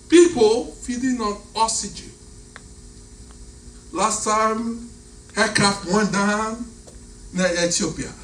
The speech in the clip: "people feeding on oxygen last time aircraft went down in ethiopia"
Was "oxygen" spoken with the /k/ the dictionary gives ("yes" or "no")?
no